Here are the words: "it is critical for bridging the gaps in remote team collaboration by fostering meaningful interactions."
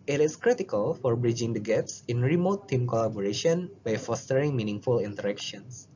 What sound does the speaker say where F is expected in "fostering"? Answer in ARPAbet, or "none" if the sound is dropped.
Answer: F